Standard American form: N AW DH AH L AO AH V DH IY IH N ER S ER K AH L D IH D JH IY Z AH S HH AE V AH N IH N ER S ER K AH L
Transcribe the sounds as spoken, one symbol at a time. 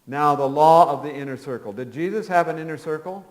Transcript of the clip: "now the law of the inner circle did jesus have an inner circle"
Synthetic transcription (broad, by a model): N AW DH AH L AO AH V DH IY IH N ER S ER K L D IH D JH IY Z AH S HH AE V AH N IH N ER S ER K L